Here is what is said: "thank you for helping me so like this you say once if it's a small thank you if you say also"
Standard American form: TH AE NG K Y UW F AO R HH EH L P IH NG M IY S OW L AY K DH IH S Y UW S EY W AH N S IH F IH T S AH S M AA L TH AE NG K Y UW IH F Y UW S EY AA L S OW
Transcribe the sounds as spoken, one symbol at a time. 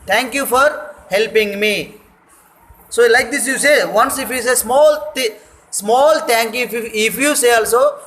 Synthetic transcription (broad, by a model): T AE NG K Y UW F AO R HH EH L P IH NG M IY S OW L AY K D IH S Y UW S EY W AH N S IH F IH S S AH S M AA L T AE NG K Y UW IH F Y UW S EY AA L S OW